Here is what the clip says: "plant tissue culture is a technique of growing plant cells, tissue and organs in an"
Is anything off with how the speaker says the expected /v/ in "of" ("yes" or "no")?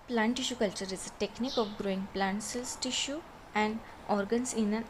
yes